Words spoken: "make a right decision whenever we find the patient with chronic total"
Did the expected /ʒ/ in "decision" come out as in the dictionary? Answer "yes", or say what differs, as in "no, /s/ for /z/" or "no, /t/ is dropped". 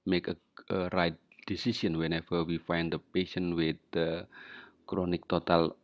no, /s/ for /ʒ/